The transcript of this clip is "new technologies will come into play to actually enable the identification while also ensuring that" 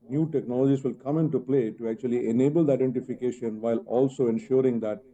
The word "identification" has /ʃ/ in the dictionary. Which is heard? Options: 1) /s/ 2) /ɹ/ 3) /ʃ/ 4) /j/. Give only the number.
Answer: 3